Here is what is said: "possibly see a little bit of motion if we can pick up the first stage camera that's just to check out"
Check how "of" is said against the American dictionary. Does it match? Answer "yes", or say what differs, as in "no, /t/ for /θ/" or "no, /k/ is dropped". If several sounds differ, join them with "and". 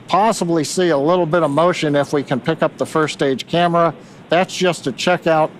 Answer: yes